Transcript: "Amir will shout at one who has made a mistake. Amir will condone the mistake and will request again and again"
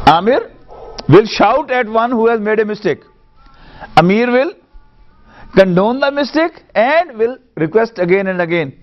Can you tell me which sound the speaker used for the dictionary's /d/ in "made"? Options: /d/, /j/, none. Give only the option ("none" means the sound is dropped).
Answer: /d/